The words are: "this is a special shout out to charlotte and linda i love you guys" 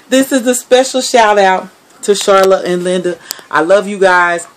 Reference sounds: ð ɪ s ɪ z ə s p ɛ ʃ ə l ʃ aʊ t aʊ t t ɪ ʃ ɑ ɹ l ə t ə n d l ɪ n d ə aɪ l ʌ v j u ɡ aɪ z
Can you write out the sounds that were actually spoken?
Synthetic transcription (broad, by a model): ð ɪ s ɪ z ə s p ɛ ʃ l ʃ aʊ t aʊ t t ɪ ʃ ɑ ɹ l ə t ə n l ɪ n d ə aɪ l ʌ v j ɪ ɡ aɪ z